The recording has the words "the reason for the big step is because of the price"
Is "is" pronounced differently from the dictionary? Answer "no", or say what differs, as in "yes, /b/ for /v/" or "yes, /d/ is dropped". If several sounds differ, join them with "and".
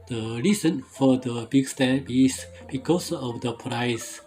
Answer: yes, /s/ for /z/